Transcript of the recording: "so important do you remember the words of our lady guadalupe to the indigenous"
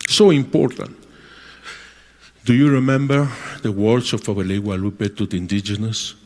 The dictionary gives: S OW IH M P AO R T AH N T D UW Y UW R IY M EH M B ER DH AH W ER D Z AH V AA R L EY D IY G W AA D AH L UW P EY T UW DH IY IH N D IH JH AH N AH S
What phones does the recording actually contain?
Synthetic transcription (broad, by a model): S OW IH M P AO R T AH N T D UW Y UW R IY M EH M B ER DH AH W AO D S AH F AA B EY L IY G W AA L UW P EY T UW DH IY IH N D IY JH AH N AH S